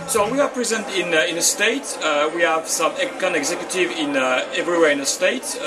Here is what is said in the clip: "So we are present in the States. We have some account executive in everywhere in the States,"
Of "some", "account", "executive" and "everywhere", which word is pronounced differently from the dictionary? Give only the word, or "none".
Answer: account